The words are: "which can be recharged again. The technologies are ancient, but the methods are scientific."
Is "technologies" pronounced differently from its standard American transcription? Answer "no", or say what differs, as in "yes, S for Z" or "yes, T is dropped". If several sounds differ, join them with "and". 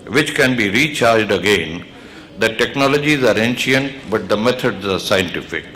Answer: no